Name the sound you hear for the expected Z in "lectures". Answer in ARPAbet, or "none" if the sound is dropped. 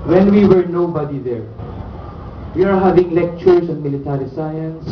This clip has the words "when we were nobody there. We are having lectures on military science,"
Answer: S